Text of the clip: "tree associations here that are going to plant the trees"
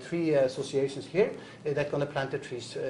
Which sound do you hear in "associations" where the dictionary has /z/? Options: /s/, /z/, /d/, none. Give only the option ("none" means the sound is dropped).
/s/